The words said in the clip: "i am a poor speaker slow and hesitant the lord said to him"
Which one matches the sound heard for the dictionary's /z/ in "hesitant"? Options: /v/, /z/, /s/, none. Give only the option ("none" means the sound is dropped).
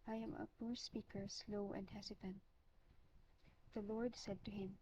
/s/